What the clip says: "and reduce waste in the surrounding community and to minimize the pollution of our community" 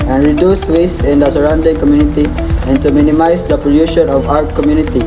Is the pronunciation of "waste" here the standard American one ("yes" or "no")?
yes